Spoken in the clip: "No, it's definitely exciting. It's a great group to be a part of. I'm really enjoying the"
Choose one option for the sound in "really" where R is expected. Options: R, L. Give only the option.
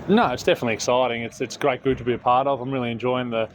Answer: R